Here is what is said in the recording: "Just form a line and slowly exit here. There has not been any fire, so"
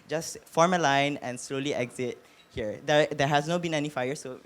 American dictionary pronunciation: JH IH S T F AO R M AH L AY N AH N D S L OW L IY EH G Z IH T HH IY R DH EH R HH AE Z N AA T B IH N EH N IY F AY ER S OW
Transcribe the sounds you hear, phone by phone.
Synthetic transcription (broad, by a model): JH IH S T F AO R M AH L AY N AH N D S L OW L IY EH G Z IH T HH IY R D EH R HH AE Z N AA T B IH N EH N IY F AY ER S OW